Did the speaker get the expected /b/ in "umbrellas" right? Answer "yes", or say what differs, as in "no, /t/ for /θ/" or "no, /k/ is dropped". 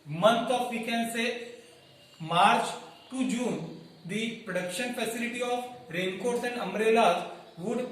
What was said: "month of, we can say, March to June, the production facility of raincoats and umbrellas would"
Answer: no, /b/ is dropped